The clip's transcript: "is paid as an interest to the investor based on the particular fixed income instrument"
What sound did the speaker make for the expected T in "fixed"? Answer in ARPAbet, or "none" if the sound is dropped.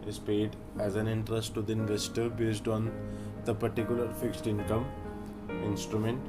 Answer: T